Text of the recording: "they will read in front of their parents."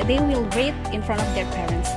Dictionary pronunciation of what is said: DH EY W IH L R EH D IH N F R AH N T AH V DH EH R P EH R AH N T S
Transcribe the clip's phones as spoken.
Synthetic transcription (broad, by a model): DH EY W IH L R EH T IH N F R AH N T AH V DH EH R P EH R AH N T S